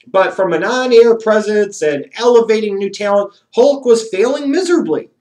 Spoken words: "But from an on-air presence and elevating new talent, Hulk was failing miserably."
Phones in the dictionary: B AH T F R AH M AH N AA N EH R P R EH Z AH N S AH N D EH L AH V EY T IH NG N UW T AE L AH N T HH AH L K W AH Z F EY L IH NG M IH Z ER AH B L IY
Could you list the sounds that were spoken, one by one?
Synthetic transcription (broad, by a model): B AH T F R AH M AH N AA N EH R P R EH Z AH N S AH N EH L AH V EY T IH NG N UW T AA AH N HH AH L K W AH Z F EY L IH NG M IH Z ER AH B L IY